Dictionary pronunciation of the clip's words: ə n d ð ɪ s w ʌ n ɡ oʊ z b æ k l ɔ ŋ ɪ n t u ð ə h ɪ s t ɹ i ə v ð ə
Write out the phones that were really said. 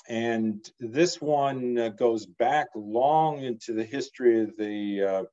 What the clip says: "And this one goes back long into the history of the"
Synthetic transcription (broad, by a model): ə n ð ɪ s w ʌ n ɡ oʊ z b æ k l ɔ ŋ ɪ n t u ð ə h ɪ s t ɹ i ə v ð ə